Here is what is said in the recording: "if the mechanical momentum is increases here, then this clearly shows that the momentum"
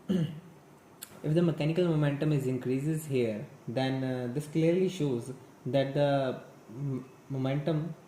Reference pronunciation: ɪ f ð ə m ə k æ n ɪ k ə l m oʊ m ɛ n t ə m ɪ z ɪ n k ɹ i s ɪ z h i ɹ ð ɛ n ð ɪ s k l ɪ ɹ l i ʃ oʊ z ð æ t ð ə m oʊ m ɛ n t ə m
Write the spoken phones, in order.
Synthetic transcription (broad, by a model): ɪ f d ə m ə k æ n ɪ k ə l m oʊ m ɛ n t ə m ɪ z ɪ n k ɹ i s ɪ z h i ɹ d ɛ n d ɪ s k l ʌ ɹ l i ʃ oʊ z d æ t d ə m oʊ m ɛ n t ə m